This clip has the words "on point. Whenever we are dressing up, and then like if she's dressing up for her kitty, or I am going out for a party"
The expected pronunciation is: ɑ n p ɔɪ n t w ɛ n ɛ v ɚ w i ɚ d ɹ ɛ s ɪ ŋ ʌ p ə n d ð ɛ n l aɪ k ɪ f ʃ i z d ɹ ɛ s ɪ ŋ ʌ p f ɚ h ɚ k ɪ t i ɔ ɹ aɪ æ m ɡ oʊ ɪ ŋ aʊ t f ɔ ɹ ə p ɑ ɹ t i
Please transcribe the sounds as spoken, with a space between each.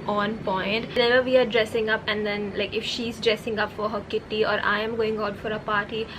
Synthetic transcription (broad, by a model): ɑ n p ɔɪ n t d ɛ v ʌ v i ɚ d ɹ ɛ s ɪ ŋ ʌ p ə n d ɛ n l aɪ k ɪ f ʃ i z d ɹ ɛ s ɪ ŋ ʌ p f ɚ h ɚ k ɪ t i ɔ ɹ aɪ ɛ m ɡ oʊ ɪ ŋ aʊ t f ɔ ɹ ə p ɑ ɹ t i